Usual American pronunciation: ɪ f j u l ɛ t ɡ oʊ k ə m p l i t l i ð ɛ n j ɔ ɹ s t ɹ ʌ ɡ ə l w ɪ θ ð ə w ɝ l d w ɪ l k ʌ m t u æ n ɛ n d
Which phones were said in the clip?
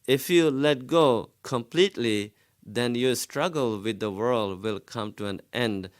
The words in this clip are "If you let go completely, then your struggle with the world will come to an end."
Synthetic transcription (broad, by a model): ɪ f j u l ɛ t ɡ oʊ k ə m p l i t l i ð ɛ n j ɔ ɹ s t ɹ ʌ ɡ ə l w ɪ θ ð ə w ɝ l d w ɪ l k ʌ m t u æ n ɛ n d